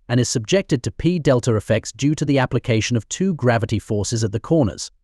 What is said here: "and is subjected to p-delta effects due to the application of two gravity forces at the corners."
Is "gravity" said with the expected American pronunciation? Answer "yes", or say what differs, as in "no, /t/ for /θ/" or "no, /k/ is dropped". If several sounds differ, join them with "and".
yes